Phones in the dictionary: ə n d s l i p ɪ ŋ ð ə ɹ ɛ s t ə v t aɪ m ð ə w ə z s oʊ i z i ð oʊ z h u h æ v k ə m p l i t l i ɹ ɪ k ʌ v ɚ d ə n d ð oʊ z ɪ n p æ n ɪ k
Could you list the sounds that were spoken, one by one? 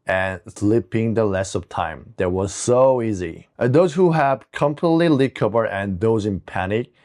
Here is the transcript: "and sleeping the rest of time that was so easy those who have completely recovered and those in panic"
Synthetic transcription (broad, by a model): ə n s l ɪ p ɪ ŋ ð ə l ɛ s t ə v t aɪ m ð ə w ə z s oʊ i z i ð oʊ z h u h æ v k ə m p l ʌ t l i l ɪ k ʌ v ɚ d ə n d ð oʊ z ɪ n p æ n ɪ k